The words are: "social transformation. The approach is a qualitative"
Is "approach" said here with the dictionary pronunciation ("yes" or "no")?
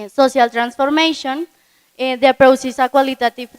no